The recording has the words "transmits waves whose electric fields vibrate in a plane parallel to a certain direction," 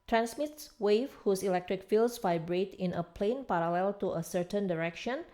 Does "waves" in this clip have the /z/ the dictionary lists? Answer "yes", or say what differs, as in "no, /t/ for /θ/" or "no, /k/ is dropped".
no, /z/ is dropped